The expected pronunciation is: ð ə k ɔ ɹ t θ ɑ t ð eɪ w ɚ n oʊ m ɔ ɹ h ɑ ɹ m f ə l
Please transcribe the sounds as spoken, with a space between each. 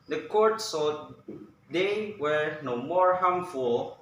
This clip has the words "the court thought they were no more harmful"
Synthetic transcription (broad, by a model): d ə k ɔ ɹ t s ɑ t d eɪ w ɚ n oʊ m ɔ ɹ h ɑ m f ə l